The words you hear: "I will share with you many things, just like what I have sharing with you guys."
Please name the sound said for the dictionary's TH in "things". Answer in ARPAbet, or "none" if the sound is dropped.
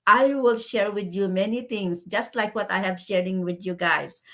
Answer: T